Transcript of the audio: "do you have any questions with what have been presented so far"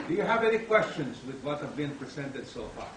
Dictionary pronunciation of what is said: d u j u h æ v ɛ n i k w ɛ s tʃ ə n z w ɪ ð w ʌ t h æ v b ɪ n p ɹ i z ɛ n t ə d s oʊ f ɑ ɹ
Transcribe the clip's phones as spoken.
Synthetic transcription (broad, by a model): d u j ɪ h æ v ɛ n i k w ɛ s tʃ ə n z w ɪ ð w ʌ t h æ v b ɪ n p ɹ i z ɛ n t ə d s oʊ f ɑ ɹ